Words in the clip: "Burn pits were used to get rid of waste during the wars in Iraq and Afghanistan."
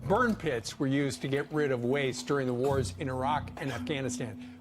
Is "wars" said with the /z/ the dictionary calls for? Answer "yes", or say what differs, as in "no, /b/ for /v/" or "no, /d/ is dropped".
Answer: yes